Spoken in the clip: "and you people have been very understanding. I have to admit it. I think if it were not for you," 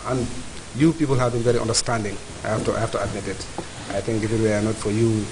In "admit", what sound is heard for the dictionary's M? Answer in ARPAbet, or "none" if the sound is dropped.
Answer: M